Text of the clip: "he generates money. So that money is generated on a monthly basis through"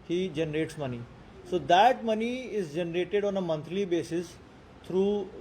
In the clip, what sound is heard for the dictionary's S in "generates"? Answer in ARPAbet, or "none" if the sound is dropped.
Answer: S